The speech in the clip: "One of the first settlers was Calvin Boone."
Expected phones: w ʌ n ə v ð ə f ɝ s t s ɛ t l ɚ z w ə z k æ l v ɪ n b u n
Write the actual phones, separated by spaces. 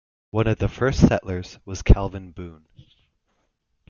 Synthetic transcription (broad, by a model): w ʌ n ə v ð ə f ɝ s t s ɛ t l ɚ z w ə z k æ l v ɪ n b u n